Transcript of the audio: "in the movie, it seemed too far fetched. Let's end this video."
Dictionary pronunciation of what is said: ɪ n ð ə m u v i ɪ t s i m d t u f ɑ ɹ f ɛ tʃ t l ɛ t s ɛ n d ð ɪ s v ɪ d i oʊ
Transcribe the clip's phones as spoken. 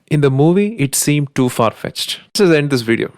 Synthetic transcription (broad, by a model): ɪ n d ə m u v i ɪ t s i m d t u f ɑ ɹ f ɛ tʃ t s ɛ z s ɛ n d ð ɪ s v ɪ d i oʊ